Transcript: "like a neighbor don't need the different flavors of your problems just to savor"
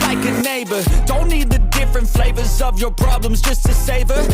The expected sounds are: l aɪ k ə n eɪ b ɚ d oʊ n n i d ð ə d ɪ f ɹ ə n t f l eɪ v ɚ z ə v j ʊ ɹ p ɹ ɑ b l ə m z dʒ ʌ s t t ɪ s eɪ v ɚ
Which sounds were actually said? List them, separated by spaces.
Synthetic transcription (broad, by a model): l aɪ k ə n eɪ b ɚ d oʊ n n i d ð ə d ɪ f ɹ ə n t f l eɪ v ɚ z ə v j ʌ ɹ p ɹ ɑ b l ə m z dʒ ʌ s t t ɪ s eɪ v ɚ